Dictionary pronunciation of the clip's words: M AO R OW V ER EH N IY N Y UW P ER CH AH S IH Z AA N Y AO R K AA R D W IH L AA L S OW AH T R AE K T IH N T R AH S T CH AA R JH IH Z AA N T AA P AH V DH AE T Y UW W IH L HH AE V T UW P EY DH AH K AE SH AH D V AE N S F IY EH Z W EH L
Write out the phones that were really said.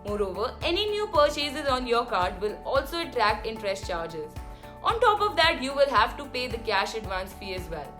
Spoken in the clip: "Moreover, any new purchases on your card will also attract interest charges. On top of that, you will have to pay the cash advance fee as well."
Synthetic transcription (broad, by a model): M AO R OW V ER EH N IY N Y UW P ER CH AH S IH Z AA N Y AO R K AA R D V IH L AA L S OW AH T R AE K T IH N T R AH S T CH AA R JH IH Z AA N T AA P AH V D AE T Y UW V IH L HH AE V T UW P EY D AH K AE SH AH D V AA N S F IY EH Z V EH L